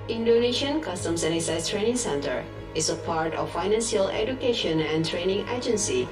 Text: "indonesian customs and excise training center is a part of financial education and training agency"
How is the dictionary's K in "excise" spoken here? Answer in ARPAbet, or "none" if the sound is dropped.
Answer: none